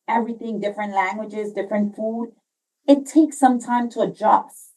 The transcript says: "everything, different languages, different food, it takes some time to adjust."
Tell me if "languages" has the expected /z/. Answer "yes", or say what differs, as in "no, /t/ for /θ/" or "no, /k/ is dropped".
yes